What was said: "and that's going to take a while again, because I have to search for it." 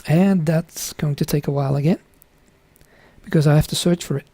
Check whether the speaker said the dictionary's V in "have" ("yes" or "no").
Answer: no